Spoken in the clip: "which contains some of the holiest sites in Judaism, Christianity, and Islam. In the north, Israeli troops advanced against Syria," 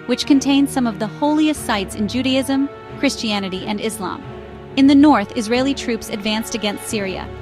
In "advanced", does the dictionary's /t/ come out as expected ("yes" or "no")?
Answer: yes